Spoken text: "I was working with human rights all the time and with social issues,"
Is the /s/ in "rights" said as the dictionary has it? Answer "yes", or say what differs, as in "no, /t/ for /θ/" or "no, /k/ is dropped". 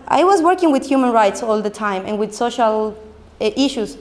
yes